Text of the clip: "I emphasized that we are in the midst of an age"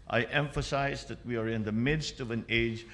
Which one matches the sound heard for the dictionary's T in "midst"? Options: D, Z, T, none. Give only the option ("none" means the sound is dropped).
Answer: T